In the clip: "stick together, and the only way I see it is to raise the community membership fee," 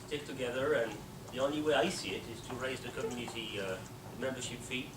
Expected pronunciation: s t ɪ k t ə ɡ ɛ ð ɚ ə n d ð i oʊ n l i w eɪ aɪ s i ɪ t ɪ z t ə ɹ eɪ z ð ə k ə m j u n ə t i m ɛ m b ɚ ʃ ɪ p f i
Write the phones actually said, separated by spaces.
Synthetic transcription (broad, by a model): s t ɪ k t ə ɡ ɛ ð ɚ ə n ð i oʊ n l i w eɪ aɪ s i ɪ t ɪ z t ə ɹ eɪ z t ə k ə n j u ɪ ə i m ɛ m b ɚ ʃ ɪ p f i